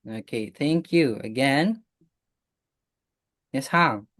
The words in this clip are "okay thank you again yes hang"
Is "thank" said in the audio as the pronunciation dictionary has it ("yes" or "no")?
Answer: yes